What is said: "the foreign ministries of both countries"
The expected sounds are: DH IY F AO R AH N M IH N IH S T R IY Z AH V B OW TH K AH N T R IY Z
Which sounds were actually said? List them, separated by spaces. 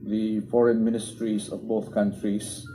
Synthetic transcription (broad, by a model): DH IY F AO R AH N M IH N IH S T R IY S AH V B OW TH K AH N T R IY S